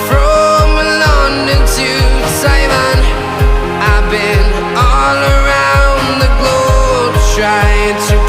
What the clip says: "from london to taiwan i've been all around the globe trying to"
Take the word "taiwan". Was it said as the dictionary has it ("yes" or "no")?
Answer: no